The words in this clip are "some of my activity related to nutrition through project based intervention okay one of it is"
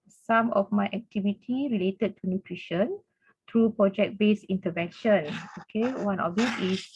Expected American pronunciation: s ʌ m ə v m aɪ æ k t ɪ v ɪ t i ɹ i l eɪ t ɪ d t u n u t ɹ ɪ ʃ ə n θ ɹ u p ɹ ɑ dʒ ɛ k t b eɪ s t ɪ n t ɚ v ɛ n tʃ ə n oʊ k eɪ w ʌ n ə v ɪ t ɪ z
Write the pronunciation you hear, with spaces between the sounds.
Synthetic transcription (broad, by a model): s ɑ m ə f m aɪ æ k t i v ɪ t i ɹ i l eɪ t ɪ d t u n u t ɹ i ʃ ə n t ɹ u p ɹ ɑ dʒ ɛ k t b eɪ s i n t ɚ v ɛ n ʃ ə n oʊ k eɪ w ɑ n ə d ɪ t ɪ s